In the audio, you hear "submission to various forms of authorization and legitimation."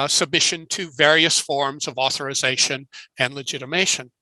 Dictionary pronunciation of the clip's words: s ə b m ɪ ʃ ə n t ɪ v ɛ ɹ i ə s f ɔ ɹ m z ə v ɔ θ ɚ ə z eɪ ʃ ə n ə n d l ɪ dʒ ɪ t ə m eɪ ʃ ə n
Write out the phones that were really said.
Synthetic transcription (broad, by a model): s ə b m ɪ ʃ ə n t ɪ v ɛ ɹ i ə s f ɔ ɹ m z ə v ɔ θ ɚ ə z eɪ ʃ ə n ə n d l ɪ dʒ ɪ t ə m eɪ ʃ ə n